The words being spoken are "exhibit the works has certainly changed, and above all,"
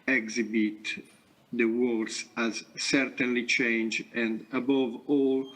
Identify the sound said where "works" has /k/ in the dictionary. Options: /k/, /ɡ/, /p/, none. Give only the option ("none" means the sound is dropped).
none